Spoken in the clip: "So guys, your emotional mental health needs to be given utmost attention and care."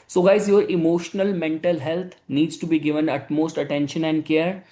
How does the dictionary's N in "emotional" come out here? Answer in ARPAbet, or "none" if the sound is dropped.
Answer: N